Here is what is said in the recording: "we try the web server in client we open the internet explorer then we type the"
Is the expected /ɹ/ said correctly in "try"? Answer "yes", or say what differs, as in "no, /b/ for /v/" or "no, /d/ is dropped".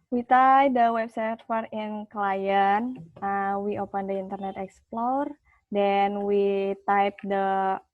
no, /ɹ/ is dropped